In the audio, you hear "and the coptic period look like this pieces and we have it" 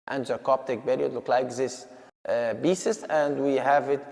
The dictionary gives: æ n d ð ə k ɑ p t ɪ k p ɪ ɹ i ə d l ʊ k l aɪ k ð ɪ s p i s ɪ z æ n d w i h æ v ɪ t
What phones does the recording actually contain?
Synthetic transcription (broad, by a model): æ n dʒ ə k ɑ p t ɪ k b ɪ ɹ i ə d l ʊ k l aɪ k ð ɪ s b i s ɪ s æ n d w i h æ v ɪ t